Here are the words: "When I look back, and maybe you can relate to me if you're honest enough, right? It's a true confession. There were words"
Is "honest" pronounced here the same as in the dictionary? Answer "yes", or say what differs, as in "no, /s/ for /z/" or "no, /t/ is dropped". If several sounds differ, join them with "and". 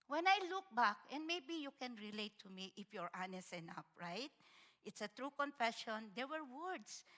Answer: no, /t/ is dropped